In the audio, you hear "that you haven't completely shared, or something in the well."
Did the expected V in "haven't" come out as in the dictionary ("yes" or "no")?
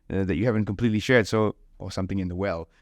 yes